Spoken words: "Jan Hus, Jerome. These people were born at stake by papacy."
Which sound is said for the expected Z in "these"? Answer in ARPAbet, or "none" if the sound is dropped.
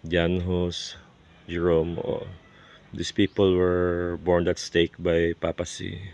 S